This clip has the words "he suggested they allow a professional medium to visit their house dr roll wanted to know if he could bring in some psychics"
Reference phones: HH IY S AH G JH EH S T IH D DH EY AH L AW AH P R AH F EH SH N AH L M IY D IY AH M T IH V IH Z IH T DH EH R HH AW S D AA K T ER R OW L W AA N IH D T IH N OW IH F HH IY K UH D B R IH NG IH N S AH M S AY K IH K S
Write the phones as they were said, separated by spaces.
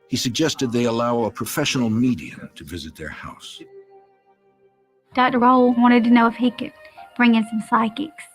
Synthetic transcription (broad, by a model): HH IY S AH G JH EH S T IH D DH EY AH L AW AH P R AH F EH SH N L M IY D IY AH M T IH V IH Z IH T DH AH R HH AW S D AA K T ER R OW L W AA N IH D T IH N OW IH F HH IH K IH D B R IH NG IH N S AH M S AY K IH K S